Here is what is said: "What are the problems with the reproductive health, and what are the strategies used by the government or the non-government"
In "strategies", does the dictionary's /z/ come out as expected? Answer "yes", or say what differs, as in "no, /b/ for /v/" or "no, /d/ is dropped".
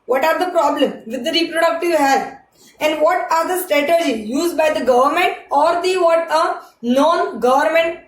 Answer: no, /z/ is dropped